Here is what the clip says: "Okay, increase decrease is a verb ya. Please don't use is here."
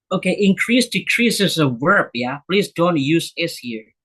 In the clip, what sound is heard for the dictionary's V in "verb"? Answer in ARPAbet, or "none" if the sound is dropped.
W